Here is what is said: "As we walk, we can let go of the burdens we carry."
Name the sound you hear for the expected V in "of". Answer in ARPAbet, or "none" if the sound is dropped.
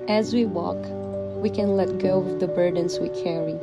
W